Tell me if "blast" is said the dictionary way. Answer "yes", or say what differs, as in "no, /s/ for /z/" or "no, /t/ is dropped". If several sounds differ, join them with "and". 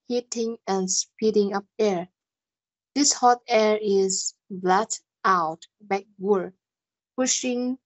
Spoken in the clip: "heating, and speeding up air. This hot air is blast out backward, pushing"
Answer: no, /s/ is dropped